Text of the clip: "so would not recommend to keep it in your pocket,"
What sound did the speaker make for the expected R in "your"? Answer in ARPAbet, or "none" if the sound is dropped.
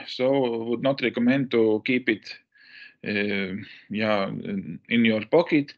R